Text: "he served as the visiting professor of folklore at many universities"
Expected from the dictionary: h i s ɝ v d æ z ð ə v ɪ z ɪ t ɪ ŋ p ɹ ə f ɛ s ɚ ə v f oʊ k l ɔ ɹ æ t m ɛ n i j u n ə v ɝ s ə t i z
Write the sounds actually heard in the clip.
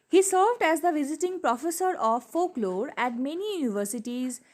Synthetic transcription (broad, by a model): h i s ɝ v d æ z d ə v ɪ z ɪ t ɪ ŋ p ɹ ə f ɛ s ɚ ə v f oʊ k l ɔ ɹ æ t m ɛ n i j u n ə v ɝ s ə t i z